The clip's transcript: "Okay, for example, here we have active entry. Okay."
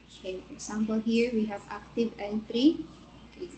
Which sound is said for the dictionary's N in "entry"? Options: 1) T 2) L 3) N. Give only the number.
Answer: 2